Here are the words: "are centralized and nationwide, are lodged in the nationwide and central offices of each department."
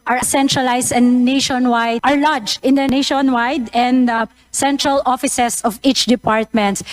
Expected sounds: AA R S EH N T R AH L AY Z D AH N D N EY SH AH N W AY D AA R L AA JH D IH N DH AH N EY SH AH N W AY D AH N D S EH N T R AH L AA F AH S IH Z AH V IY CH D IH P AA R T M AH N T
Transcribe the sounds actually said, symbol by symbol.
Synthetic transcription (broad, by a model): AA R S EH N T R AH L AY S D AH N N EY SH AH N W AY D AA R L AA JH IH N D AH N EY SH AH N W AY D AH N D S EH N T R AH L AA F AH S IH S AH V IY CH D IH P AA R T M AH N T